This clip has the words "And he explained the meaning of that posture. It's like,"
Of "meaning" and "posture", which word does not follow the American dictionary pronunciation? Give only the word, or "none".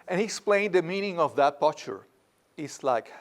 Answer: posture